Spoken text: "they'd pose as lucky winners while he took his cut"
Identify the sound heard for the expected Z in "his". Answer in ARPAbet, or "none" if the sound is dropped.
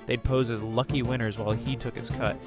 S